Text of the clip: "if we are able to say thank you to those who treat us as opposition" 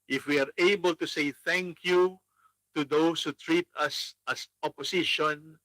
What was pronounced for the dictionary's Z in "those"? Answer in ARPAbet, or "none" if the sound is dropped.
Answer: S